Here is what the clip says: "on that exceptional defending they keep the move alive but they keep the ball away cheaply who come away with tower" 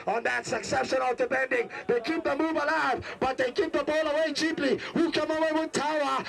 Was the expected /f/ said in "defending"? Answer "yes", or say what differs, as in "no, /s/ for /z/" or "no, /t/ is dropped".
no, /p/ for /f/